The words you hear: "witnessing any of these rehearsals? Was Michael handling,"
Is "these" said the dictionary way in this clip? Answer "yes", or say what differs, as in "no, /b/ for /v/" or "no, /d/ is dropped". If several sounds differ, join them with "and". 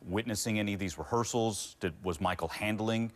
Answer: yes